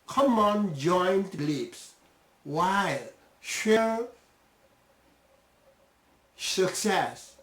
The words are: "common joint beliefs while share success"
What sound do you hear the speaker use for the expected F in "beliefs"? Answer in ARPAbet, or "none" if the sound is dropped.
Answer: P